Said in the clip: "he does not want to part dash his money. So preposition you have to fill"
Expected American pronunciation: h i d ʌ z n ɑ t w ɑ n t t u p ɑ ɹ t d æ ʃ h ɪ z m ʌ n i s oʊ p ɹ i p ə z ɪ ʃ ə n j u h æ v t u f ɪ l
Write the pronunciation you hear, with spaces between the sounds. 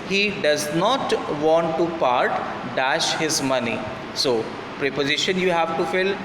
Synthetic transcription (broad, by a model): h i d ʌ z n ɑ t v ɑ n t t u p ɑ ɹ t d æ ʃ h ɪ z m ʌ n i s oʊ p ɹ i p ə z ɪ ʃ ə n j u h æ v t u f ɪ l